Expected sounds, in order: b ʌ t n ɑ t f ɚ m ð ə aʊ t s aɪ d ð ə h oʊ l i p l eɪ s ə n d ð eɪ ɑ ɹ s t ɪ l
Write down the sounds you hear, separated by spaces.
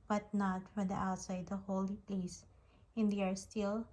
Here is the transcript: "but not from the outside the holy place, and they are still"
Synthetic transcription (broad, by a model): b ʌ t n ɑ t f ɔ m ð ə aʊ t s aɪ d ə h oʊ l i p l eɪ s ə n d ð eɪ ɑ ɹ s t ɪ l